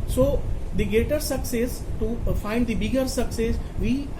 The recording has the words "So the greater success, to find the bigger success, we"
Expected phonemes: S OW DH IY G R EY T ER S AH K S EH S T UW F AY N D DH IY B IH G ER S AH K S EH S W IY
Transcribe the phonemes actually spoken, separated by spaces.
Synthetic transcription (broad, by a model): S OW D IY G EY T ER S AH K S EH S T UW F AY N D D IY B IH G ER S AH K S EH S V IY